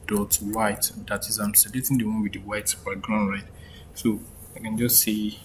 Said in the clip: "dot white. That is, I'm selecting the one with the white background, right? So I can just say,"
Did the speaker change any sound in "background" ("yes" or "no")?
yes